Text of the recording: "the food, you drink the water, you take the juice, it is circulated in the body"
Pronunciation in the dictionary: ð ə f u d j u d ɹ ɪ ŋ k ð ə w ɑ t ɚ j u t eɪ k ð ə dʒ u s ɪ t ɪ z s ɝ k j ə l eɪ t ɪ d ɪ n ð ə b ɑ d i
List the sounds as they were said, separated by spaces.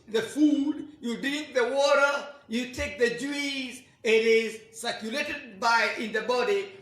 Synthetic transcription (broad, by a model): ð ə f u d j u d ɪ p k ð ə w ɑ t ɚ j u t eɪ k ð ə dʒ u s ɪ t ɪ z s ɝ k j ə l eɪ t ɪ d ɪ n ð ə b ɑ d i